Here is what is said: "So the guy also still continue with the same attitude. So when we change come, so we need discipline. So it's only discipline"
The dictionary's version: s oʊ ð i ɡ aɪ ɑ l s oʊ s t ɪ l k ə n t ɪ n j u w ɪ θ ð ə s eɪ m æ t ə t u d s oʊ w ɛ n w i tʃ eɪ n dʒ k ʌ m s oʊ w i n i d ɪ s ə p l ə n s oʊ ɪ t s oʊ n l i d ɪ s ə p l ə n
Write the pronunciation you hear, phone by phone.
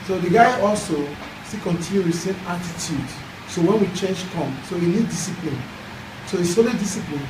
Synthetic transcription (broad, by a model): s oʊ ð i ɡ aɪ ɑ l s oʊ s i k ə n t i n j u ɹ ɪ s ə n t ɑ t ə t u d s oʊ w ɛ n w i tʃ eɪ n dʒ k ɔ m s oʊ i n i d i s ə p l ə n s oʊ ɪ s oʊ l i d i s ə p l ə n